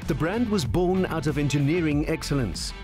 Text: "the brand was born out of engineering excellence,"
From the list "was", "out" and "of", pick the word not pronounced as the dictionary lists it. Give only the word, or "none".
none